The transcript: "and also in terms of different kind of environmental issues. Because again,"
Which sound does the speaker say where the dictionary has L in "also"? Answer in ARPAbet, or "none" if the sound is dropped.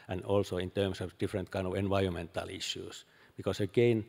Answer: L